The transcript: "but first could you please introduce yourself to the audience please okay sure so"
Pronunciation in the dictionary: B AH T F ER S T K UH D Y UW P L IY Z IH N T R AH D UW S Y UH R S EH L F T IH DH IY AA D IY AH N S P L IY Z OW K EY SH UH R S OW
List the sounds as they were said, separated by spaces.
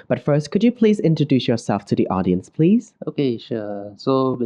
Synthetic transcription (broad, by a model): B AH T F ER S T K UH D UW P L IY Z IH N T R AH D UW S Y UH R S EH L F T IH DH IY AA D IY AH N S P L IY Z OW K EY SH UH S OW